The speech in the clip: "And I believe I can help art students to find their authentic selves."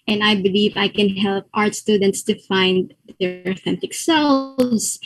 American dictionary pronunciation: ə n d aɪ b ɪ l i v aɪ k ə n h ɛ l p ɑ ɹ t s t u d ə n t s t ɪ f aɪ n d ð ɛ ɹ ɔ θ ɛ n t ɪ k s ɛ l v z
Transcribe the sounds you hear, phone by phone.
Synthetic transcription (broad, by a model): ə n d aɪ b ɪ l i v aɪ k ə n h ɛ l p ɑ ɹ t s t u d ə n t s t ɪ f aɪ n d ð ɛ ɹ ɔ θ ɛ n t ɪ k s ɛ l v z